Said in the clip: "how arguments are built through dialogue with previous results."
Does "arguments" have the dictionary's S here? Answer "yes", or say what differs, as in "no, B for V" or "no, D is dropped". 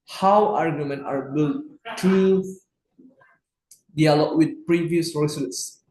no, S is dropped